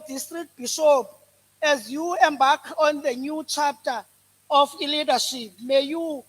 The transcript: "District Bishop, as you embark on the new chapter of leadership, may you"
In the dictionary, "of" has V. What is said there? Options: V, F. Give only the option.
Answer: F